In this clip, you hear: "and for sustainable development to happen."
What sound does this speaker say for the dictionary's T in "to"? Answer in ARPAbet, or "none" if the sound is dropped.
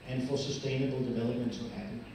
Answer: S